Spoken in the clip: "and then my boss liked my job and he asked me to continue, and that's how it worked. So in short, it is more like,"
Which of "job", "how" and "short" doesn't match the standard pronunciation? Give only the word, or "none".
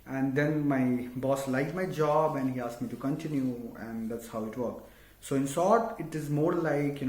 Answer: short